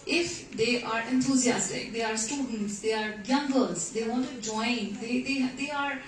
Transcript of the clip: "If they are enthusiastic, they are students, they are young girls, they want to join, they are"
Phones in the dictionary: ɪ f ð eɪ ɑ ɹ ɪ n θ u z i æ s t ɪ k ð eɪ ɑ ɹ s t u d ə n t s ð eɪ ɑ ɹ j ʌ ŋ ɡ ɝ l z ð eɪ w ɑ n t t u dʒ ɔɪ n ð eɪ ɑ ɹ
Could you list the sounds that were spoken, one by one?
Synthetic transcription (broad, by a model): ɪ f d eɪ ɑ ɹ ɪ n t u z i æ s t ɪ k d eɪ ɑ ɹ s t u d ə n t s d eɪ ɑ ɹ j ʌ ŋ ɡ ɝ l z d eɪ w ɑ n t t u dʒ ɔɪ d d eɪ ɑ ɹ